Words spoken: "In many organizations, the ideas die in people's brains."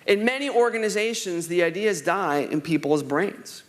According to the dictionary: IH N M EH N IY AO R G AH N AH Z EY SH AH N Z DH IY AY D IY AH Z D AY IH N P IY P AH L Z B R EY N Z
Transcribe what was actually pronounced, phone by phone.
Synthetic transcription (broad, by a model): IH N M EH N IY AO R G AH N AH Z EY SH AH N Z DH IY AY D IY AH Z D AY IH N P IY P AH L Z B R EY N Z